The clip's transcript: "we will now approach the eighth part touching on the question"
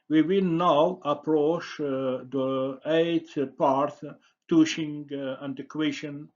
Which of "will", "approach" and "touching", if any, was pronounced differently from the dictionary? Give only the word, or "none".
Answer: touching